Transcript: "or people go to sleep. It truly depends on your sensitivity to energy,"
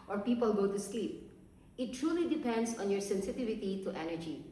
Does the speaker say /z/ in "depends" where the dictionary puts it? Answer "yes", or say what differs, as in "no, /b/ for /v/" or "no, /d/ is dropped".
no, /s/ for /z/